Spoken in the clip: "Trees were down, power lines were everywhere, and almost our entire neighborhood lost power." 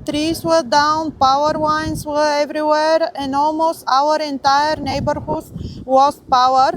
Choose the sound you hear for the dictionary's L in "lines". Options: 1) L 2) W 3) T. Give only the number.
2